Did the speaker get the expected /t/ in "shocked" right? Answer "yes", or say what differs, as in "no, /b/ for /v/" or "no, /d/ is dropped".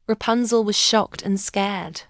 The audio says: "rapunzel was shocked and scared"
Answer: yes